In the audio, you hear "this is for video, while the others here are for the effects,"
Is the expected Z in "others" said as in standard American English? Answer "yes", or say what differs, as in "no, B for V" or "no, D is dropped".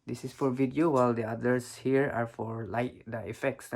no, S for Z